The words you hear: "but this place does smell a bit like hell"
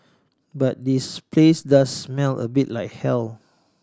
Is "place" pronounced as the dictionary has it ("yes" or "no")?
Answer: yes